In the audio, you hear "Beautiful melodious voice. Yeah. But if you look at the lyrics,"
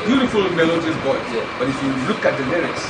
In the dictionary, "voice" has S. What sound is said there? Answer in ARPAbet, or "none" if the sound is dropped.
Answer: none